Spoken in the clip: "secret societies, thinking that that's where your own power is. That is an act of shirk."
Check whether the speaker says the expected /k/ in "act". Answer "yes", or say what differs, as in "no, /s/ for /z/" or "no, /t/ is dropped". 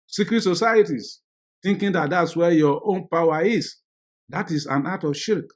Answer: no, /k/ is dropped